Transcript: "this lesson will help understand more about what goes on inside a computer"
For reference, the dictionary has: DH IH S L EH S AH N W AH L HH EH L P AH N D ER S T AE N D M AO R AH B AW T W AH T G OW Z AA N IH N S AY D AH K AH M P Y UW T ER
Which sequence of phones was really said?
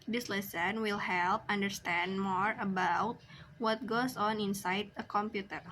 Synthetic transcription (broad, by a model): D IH S L EH S AH N W AH L HH EH L P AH N D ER S T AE N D M AO R AH B AW T W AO T G OW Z AA N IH N S AY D AH K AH M P Y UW T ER